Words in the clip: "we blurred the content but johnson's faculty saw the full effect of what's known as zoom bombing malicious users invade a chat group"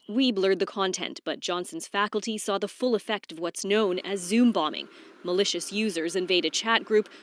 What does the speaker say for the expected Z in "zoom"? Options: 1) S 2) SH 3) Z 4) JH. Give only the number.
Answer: 3